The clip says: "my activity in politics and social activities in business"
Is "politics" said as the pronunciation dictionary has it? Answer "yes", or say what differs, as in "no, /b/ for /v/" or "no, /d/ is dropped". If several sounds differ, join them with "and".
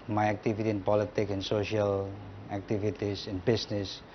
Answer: no, /s/ is dropped